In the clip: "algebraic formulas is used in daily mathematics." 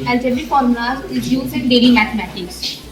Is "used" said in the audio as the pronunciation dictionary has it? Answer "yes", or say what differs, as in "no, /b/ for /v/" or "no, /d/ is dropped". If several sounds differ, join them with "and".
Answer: no, /d/ is dropped